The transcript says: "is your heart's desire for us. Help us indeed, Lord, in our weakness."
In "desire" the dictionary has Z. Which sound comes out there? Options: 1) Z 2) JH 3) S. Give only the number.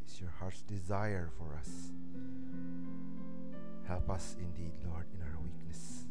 1